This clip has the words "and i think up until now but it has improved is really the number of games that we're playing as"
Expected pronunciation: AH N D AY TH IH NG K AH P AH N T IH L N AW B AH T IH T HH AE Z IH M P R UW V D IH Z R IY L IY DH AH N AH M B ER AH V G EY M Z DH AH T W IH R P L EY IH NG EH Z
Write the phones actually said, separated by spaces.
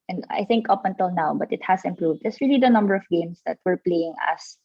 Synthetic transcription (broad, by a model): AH N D AY TH IH NG K AH P AH N T IH L N AW B AH T IH T HH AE S IH M P R UW V D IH S R IY L IY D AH N AH M B ER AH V G EY M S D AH T W IH R P L EY IH NG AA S